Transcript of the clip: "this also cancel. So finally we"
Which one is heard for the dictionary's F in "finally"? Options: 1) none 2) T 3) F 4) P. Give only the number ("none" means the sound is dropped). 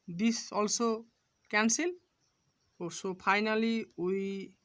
4